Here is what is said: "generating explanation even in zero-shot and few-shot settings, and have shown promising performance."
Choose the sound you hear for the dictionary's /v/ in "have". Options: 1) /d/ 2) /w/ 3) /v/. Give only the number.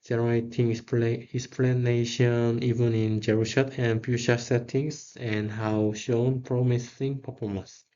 2